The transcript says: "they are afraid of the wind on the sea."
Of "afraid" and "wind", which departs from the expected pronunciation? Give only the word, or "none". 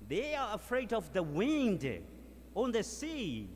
none